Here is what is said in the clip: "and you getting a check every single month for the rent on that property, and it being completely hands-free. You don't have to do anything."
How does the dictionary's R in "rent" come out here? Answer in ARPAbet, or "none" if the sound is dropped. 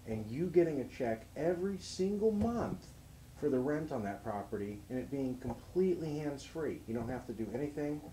R